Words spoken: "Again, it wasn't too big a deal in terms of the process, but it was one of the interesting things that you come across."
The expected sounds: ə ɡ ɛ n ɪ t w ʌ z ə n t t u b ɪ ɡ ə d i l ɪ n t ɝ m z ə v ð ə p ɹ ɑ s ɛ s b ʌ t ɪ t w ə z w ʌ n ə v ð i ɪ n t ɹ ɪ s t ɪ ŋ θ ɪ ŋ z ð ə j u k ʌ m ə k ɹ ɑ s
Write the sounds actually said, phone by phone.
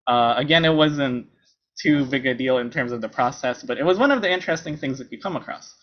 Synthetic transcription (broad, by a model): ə ɡ ɛ n ɪ t w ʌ z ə n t t u b ɪ ɡ ə d i l ɪ n t ɝ m z ə v ð ə p ɹ ɑ s ɛ s b ʌ t ɪ t w ə z w ʌ n ə v ð i ɪ n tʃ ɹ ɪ s t ɪ ŋ θ ɪ ŋ z ð ə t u k ʌ m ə k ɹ ɑ s